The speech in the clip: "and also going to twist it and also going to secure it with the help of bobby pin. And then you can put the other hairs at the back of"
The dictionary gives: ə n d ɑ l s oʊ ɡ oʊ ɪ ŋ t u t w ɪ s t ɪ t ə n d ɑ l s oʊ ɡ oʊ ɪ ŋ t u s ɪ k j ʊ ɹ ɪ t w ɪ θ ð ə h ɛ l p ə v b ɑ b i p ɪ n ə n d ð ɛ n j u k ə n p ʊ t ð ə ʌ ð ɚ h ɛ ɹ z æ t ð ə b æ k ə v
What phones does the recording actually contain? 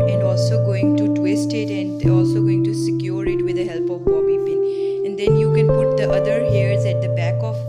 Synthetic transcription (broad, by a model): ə n d ɑ l s oʊ ɡ oʊ ɪ ŋ t u t w ɪ s t ɪ t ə n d ɑ l s oʊ ɡ oʊ ɪ ŋ t u s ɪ k j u ɹ ɪ t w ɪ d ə h ɛ l p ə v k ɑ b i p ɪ ə n d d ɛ n j u k ə n p ʊ t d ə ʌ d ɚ h ɛ ɹ z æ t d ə b æ k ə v